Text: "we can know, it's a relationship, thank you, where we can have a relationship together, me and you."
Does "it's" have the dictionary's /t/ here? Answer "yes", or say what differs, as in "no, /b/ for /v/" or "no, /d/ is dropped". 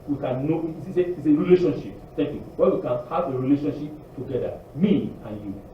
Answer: no, /s/ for /t/